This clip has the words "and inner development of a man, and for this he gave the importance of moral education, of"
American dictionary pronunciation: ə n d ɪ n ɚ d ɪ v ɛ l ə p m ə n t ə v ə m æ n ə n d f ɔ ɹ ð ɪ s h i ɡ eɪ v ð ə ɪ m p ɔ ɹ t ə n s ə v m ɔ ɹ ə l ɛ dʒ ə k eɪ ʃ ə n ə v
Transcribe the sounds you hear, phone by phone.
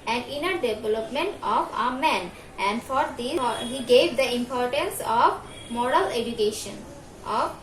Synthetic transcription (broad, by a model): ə n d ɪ n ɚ d ɪ v ɛ l ə p m ə n t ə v ə m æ n ə n d f ɔ ɹ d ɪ h i ɡ eɪ v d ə ɪ m p ɔ ɹ t ə n s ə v m ɔ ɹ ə l ɛ dʒ ə k eɪ ʃ ə n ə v